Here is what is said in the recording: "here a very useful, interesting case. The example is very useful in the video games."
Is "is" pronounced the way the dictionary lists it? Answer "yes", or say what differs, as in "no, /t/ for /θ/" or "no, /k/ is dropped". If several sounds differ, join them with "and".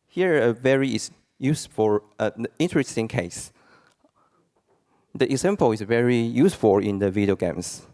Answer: no, /s/ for /z/